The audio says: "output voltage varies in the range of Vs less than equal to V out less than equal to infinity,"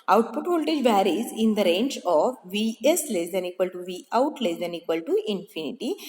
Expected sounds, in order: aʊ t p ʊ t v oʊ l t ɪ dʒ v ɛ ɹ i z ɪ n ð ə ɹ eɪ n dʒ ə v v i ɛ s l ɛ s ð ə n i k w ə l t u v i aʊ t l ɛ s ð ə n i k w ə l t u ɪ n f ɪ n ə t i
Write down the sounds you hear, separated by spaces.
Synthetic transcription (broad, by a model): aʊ t p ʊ t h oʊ l t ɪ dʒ v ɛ ɹ i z ɪ n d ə ɹ eɪ n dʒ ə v v i ɛ s l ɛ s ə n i k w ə l t u v i aʊ t l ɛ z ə n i k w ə l t u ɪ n f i n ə t i